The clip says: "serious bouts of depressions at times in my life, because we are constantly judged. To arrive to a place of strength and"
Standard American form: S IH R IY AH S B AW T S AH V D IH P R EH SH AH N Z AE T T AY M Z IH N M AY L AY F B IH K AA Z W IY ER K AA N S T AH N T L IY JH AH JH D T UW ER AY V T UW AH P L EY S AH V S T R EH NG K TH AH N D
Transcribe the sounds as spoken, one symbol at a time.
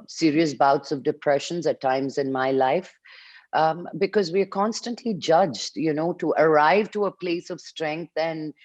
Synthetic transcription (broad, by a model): S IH R IY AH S B AW T S AH V D IH P R EH SH AH N Z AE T T AY M Z IH N M AY L AY F B IH K AA Z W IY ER K AA N S T AH N T L IY JH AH JH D T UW ER AY V T UW AH P L EY S AH V S T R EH NG K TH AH N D